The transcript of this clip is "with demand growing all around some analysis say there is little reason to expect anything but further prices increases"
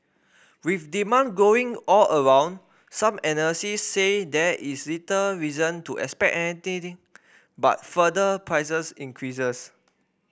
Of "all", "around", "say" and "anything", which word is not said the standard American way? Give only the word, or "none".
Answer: anything